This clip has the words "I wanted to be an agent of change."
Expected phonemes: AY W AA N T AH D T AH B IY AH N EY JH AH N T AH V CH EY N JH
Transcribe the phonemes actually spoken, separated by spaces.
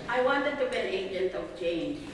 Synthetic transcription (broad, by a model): AY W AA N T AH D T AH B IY AH N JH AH L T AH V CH EY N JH